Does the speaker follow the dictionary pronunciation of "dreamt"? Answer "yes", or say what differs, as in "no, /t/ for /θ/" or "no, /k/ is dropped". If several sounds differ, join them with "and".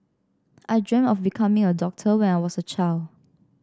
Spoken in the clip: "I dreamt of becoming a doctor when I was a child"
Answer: no, /t/ is dropped